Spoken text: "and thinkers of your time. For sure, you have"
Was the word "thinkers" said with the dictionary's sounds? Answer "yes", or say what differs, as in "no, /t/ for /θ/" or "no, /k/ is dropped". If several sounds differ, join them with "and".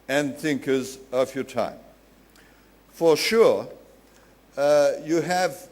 yes